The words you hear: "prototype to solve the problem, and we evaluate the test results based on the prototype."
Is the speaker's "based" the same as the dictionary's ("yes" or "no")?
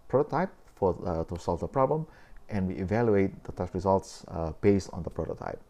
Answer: yes